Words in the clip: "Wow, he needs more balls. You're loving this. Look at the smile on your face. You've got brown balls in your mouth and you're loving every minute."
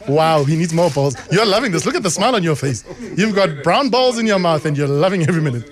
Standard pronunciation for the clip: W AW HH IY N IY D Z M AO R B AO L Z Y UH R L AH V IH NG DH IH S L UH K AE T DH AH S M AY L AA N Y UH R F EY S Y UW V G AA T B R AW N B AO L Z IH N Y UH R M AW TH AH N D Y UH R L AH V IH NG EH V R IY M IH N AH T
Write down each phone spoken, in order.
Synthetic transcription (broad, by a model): W AW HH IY N IY D Z M AO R B AO L Z Y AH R L AH V IH NG DH IH S L UH K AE T DH AH S M AY L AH N Y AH R F EY S Y UW V G AA T B R AW N B AO L Z IH N Y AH R M AW TH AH N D Y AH R L AH V IH NG EH V R IY M IH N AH T